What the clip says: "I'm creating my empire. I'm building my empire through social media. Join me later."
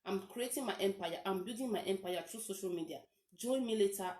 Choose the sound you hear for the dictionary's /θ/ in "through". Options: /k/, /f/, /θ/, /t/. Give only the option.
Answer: /t/